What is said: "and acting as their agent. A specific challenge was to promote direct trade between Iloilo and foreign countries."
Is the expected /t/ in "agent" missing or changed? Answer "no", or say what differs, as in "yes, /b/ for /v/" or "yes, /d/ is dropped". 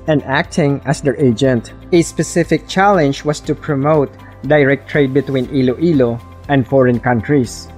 no